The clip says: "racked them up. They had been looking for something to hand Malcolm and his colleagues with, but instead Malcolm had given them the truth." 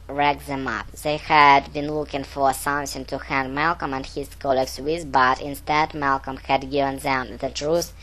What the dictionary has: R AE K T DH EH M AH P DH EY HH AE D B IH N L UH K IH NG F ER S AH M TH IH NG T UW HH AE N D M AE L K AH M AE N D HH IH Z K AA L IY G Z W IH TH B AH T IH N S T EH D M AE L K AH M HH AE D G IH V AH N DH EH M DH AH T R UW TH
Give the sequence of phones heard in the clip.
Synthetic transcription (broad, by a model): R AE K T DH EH M AH P DH EY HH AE D B IH N L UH K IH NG F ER S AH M S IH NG T UW HH AE N D M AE L K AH M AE N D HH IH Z K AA L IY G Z W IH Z B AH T IH N S T EH D M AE L K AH M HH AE D G IH V AH N DH EH M DH AH T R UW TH